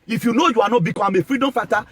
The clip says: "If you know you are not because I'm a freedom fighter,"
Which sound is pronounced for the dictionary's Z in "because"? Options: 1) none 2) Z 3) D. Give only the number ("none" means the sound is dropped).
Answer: 1